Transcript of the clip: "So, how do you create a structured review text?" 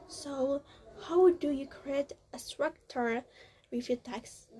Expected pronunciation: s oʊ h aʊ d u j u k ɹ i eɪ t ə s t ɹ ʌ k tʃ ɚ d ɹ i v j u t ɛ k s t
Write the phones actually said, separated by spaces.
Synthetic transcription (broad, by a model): s oʊ h aʊ d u j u k ɹ i eɪ t ə s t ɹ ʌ k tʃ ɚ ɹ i f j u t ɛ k s